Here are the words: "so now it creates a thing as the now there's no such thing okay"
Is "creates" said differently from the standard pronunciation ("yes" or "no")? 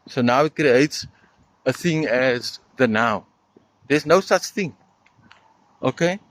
no